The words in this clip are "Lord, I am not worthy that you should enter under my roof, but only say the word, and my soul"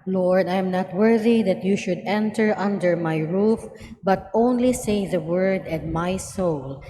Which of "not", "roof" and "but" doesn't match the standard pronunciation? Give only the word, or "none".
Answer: none